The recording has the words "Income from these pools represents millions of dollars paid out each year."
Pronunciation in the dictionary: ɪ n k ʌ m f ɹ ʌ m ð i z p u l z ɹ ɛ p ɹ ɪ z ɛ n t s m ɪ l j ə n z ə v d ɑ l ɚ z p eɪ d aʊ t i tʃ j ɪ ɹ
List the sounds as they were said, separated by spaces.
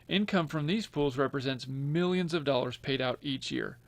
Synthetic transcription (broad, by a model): ɪ n k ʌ m f ɹ ʌ m ð i z p u l z ɹ ɛ p ɹ ɪ z ɛ n t s m ɪ l j ə n z ə v d ɑ l ɚ z p eɪ d aʊ t i tʃ j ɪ ɹ